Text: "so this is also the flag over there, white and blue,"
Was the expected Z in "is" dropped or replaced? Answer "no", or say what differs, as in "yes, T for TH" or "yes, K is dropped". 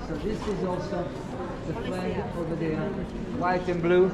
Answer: no